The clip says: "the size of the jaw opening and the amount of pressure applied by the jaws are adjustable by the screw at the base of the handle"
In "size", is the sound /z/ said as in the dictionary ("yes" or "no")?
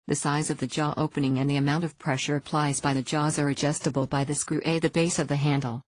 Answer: yes